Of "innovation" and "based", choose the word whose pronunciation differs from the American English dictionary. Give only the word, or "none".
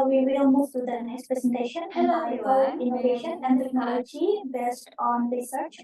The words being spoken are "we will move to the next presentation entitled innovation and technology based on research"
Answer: none